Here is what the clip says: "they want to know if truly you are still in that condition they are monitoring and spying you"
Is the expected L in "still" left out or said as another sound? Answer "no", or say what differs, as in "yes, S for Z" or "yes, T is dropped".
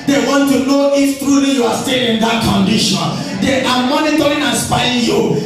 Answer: yes, N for L